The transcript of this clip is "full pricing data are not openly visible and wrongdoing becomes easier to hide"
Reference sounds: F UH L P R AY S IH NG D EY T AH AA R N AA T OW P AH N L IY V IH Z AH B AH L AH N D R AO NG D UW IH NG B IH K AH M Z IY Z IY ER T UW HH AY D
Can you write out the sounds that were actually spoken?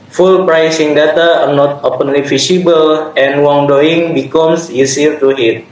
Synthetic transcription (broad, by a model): F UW L P R AY S IH NG D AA T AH AA R N AA T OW P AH N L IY F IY S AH B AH L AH N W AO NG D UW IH NG B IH K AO M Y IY S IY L T UW HH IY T